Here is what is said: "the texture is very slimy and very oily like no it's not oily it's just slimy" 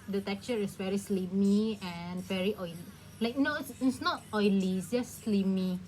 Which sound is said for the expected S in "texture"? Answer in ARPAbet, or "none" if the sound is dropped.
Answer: none